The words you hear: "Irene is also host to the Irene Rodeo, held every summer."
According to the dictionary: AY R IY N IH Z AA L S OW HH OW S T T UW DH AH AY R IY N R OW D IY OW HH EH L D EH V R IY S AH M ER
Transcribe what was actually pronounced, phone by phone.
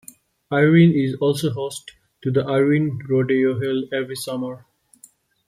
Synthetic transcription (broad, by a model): AY R IY N IH Z AA L S OW HH OW S T T UW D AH AY R IY N R OW D IY OW HH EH L EH V R IY S AH M ER